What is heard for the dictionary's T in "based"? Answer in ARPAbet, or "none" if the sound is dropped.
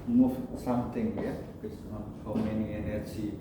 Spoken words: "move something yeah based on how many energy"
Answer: none